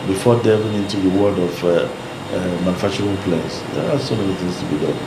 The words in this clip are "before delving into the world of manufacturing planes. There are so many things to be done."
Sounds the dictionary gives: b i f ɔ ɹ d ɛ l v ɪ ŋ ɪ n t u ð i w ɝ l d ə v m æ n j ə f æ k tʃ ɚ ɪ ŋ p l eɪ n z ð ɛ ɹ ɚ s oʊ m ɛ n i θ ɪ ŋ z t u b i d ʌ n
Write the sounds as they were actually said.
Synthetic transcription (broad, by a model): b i f ɔ d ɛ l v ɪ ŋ ɪ n t u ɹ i w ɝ d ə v m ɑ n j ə f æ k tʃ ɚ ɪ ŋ p l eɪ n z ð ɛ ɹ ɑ s oʊ m ɛ n i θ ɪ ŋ s t u b i d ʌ n